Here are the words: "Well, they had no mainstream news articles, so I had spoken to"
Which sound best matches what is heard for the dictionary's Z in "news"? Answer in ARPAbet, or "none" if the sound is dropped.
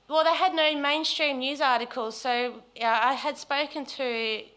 Z